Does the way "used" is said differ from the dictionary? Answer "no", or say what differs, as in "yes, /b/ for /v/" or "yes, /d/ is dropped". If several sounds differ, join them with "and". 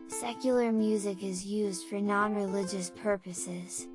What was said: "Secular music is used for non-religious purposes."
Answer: no